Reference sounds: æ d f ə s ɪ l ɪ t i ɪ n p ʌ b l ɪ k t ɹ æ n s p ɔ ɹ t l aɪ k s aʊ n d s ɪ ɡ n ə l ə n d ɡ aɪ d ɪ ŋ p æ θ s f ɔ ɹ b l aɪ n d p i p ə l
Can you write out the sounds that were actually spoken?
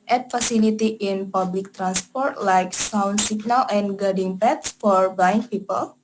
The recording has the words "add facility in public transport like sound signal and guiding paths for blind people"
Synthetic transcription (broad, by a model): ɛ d f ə s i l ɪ t i ɪ n p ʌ b l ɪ k t ɹ æ n s p ɔ ɹ t l aɪ k s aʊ n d s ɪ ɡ n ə l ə n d ɡ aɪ d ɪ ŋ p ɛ t s f ɔ ɹ b aɪ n p i p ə l